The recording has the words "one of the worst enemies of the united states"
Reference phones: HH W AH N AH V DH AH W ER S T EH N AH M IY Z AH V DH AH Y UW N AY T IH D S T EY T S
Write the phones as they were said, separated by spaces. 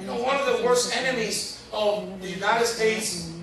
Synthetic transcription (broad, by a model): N W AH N AH V DH AH W ER S T EH N AH M IY Z AH V DH AH Y UW N AY T IH D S T EY T S